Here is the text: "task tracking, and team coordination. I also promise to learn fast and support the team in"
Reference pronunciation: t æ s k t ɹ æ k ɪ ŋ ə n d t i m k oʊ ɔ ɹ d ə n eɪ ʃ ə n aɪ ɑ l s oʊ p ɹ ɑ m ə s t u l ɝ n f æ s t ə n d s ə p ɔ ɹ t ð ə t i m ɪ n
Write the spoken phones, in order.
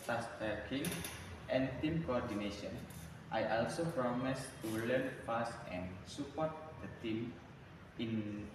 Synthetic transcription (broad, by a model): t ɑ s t ʌ k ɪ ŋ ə n t i m k oʊ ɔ ɹ d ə n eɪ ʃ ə n aɪ ɑ l s oʊ p ɹ ɑ m ə s t u l ɝ n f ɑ s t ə n s ə p ɔ ɹ t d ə t i m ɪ n